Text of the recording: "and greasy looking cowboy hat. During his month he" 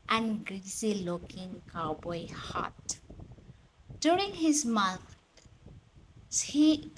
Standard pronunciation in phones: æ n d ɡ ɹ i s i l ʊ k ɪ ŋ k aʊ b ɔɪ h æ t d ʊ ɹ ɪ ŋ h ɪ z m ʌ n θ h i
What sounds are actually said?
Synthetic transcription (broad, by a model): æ n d ɡ ɹ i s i l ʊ k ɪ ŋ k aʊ b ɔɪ h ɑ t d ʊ ɹ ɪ ŋ h ɪ z m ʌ n s h i